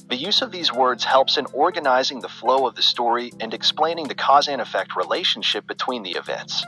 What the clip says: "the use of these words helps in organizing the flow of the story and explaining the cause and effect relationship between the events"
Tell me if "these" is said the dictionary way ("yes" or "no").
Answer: yes